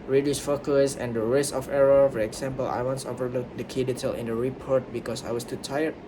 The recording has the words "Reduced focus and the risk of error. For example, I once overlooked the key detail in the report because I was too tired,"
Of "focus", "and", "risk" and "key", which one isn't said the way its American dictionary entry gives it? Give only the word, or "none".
risk